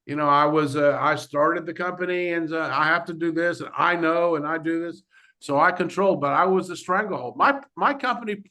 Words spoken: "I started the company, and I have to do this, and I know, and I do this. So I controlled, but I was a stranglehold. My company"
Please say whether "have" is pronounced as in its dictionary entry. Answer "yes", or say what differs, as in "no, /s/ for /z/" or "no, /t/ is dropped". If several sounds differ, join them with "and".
no, /f/ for /v/